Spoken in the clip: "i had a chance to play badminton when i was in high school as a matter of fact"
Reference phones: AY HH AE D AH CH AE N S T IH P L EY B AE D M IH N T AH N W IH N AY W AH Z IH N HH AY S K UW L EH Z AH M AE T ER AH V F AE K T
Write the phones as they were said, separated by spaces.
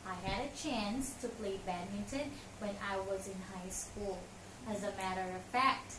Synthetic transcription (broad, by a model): AY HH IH D AH CH AE N S T IH P L EY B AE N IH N T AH N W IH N AY W AH Z IH N HH AY S K UW L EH Z AH M AE T ER AH V F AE K T